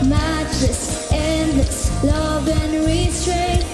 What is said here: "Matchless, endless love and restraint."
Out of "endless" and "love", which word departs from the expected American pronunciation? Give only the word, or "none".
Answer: none